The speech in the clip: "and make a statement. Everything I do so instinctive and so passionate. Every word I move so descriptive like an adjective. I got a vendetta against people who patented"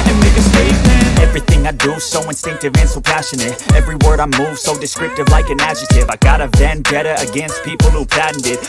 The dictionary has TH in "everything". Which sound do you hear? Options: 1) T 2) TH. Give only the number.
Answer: 2